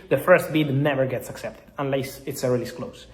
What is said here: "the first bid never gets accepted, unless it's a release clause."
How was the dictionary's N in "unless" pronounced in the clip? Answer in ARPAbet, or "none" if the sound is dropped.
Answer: N